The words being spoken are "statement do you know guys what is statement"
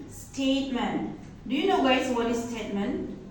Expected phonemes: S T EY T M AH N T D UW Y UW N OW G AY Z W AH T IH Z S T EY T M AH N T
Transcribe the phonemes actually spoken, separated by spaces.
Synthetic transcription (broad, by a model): S T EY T M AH N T D UW Y UW N OW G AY S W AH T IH S T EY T M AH N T